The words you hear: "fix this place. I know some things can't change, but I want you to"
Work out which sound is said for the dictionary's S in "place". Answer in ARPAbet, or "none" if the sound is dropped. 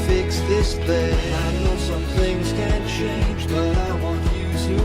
none